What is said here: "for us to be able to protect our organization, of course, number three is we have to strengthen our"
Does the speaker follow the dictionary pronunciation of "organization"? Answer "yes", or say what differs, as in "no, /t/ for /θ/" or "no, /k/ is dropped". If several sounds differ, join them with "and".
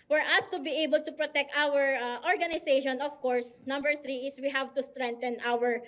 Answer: no, /s/ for /z/